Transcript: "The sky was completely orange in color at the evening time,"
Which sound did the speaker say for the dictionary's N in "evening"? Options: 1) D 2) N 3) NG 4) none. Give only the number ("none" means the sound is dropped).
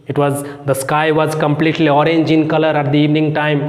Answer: 2